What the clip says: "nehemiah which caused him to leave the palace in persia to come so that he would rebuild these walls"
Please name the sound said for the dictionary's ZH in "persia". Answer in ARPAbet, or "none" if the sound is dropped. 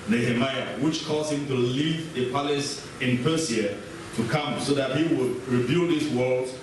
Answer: S